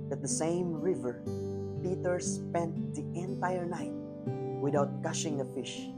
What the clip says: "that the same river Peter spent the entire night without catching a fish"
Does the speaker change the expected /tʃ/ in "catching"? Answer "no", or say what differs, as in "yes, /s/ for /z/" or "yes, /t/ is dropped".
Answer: yes, /ʃ/ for /tʃ/